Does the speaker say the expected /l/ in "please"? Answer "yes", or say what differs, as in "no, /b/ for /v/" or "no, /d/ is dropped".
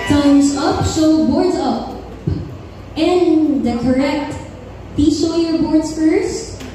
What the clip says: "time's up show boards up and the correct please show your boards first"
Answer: no, /l/ is dropped